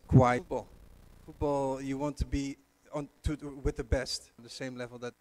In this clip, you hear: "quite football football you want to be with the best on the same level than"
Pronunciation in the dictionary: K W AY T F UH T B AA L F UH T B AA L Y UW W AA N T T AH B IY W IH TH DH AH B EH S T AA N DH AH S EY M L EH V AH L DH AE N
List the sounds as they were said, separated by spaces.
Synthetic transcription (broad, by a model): K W AY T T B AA L F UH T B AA L Y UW W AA N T T AH B IY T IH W DH AH B EH S T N DH AH S EY M L EH V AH L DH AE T